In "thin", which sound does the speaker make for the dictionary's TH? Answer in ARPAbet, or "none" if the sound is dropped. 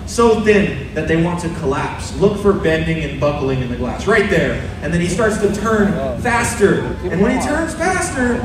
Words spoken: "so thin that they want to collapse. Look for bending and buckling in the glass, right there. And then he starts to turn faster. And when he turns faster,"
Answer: TH